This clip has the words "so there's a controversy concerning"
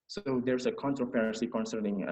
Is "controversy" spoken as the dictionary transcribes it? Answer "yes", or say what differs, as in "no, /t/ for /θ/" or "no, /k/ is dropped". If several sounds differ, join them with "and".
no, /p/ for /v/